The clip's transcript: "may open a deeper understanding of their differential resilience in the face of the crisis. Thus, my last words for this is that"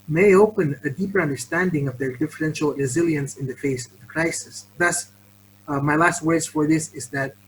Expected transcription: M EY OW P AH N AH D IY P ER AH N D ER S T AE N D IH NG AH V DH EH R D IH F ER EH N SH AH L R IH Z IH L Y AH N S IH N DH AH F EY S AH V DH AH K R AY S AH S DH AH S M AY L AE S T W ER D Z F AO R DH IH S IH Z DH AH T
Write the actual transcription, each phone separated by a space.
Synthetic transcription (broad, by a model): M EY OW P AH N AH D IY P ER AH N D ER S T AE N D IH NG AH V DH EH R D IH F ER EH N SH AH L R IH Z IH L Y AH N S IH N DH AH F EY S AH V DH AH K R AY S AH S DH AH S M AY L AE S T W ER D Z F AO R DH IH S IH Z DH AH T